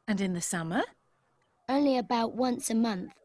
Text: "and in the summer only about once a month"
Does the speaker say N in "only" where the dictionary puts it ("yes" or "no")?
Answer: no